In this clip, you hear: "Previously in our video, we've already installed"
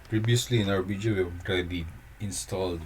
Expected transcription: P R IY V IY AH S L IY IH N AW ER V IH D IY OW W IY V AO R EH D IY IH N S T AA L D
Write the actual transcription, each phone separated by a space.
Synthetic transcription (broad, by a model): P R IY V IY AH S L IY IH N AW ER B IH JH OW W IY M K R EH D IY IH N S T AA L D